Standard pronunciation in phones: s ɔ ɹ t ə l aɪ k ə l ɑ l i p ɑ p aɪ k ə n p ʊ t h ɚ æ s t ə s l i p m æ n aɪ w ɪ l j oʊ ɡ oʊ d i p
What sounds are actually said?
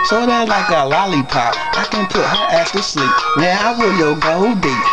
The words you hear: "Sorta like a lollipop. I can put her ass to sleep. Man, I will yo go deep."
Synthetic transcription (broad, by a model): s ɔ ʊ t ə l aɪ k ə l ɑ l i p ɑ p aɪ k ə n p ʊ t h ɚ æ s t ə s l i p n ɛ aɪ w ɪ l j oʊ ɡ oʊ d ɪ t